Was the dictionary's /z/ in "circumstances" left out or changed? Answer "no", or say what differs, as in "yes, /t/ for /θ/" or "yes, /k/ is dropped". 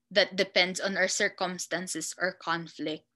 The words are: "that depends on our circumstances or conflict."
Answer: yes, /s/ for /z/